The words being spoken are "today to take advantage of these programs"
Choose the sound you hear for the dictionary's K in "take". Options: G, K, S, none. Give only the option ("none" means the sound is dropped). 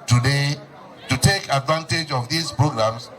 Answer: K